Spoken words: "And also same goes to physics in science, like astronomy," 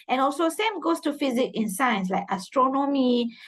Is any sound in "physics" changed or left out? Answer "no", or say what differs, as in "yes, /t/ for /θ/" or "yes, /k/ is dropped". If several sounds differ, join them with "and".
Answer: yes, /s/ is dropped